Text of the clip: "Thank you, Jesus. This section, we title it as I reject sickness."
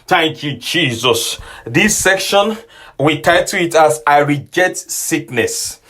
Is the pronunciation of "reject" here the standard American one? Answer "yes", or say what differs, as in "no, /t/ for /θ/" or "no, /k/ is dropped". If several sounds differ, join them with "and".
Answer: no, /k/ is dropped